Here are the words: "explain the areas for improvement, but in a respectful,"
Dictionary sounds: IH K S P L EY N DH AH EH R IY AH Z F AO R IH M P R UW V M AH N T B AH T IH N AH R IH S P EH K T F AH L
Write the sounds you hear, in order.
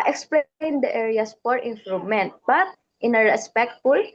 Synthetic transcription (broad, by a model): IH K S P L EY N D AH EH R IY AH S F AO R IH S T R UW M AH N T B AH T IH N AH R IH S P EH K T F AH L